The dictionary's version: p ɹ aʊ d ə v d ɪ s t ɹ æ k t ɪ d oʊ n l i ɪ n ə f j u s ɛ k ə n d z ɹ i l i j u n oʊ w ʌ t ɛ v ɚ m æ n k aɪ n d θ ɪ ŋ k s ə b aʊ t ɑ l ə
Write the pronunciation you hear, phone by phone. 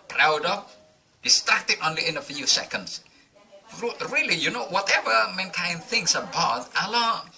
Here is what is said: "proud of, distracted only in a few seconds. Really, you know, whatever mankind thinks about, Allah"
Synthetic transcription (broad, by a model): p ɹ aʊ d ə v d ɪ s t ɹ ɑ k t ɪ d oʊ n l i ɪ n ə f j u s ɛ k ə n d s ɹ i l i j u n oʊ w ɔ t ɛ v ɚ m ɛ n k aɪ n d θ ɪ ŋ s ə b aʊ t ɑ l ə